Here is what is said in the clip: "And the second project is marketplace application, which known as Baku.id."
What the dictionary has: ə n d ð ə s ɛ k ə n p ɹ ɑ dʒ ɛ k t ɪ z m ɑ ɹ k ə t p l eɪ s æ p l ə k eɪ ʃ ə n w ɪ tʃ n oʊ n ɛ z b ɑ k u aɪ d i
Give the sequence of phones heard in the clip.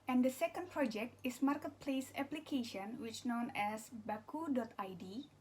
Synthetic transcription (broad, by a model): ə n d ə s ɛ k ə n p ɹ ɑ dʒ ɛ k t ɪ s m ɑ ɹ k ə t p l eɪ s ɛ p l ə k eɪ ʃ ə n w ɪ tʃ n oʊ n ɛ s b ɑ k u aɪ d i